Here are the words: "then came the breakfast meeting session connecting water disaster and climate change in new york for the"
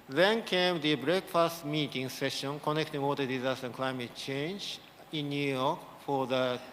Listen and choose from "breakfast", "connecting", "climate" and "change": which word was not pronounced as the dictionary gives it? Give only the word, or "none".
none